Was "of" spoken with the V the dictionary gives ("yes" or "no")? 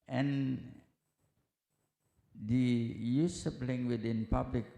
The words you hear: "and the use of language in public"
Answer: no